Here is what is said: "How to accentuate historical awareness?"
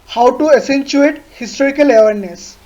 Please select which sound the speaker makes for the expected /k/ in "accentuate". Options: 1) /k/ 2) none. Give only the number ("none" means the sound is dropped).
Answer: 2